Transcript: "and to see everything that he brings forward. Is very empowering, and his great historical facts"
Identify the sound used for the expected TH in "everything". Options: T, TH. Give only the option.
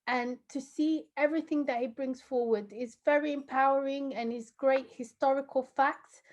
TH